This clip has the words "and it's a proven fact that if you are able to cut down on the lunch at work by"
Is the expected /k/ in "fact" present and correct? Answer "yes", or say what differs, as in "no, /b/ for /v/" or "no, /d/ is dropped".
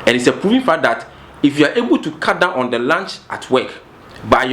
no, /k/ is dropped